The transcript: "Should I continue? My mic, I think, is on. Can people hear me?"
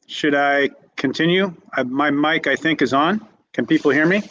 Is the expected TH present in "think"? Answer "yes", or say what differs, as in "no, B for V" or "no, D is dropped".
yes